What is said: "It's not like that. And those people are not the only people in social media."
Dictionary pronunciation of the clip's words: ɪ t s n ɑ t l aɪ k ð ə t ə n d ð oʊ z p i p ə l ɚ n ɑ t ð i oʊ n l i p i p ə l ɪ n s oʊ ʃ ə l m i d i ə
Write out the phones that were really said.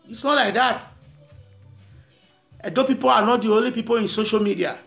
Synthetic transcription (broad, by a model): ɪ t s n ɑ t l aɪ k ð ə t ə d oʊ p i p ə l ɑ n ɑ t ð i oʊ n l i p i p ə l ɪ n s oʊ ʃ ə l m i d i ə